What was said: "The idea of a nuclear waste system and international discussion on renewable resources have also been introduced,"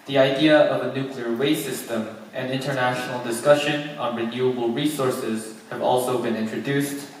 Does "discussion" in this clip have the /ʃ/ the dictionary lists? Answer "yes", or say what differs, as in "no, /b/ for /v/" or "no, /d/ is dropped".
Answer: yes